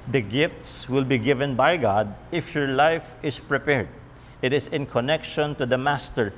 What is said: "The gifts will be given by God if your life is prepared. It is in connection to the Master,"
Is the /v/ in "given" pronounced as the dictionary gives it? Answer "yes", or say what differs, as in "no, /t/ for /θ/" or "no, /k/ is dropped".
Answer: yes